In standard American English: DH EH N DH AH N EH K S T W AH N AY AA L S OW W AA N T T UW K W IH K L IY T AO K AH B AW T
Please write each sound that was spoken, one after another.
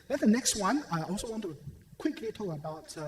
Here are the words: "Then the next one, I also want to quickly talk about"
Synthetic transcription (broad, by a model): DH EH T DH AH N EH K S T W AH N AY AA L S OW W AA N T T UW K W IH K L IY T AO AH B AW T